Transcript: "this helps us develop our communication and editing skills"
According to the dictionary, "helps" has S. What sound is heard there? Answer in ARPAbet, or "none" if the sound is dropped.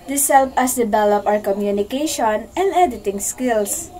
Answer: none